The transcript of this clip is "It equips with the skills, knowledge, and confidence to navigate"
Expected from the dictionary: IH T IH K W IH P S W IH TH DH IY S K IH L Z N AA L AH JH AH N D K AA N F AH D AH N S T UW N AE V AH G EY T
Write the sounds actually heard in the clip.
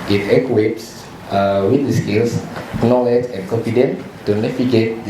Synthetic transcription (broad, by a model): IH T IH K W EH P S W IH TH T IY S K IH L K N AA L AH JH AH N K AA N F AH D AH N T UW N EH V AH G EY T